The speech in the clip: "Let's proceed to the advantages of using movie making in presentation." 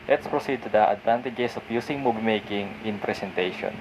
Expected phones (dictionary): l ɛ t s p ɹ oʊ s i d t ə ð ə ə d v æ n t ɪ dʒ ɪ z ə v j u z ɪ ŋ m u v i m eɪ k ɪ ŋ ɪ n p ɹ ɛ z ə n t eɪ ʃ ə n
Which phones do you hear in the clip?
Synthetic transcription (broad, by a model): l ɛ t s p ɹ oʊ s i d t ə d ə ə d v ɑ n t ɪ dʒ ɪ s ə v j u s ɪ ŋ m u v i m eɪ k ɪ ŋ ɪ n p ɹ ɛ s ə n t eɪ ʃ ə n